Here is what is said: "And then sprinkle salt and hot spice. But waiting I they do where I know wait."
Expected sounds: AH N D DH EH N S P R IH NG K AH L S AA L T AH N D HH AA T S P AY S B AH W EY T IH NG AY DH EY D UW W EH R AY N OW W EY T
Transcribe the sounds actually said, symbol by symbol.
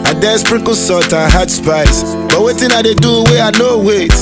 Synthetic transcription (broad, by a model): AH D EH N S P R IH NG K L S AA T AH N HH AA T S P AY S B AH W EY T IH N AY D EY D UW W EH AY N OW W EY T